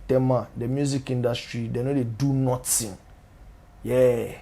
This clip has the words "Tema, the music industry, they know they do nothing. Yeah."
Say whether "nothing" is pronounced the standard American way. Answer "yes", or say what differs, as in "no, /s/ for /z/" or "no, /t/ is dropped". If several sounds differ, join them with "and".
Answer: no, /t/ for /θ/